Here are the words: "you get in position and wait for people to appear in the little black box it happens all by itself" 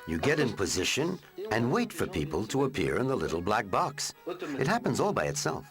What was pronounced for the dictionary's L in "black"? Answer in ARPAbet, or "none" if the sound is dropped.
L